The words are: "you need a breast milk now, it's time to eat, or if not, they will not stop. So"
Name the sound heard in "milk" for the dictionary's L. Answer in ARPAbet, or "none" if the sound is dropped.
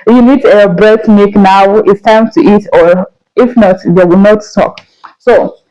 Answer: none